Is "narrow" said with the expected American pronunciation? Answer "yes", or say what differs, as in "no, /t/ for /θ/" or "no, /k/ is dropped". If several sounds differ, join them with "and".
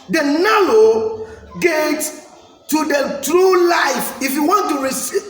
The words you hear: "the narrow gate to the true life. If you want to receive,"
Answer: no, /l/ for /ɹ/